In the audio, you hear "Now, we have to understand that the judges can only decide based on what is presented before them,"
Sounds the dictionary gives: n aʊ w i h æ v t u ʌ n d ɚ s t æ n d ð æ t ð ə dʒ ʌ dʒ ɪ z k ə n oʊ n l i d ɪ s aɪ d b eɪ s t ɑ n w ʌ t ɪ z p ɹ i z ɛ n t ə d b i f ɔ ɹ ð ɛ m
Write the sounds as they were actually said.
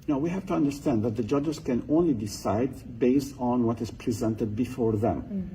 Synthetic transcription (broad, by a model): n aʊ w i h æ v t u ʌ n d ɚ s t æ n d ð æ t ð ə dʒ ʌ dʒ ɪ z k ə n oʊ n l i d ɪ s aɪ d b eɪ s t n w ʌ t ɪ z p ɹ i z ɛ n t ə d b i f ɔ ɹ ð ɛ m